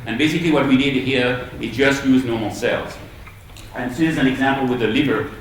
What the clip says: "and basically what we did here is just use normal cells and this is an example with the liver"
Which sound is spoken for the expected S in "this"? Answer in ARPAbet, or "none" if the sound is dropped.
none